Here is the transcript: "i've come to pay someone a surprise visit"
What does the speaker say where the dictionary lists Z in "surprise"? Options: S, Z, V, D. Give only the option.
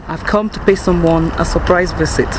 Z